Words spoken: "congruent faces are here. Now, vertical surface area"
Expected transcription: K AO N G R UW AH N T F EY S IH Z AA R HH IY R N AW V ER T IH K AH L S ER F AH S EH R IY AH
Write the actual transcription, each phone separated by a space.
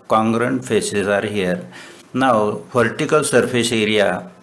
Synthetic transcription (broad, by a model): K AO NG G R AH N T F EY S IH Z AA R HH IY R N AW P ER T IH K AH L S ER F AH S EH R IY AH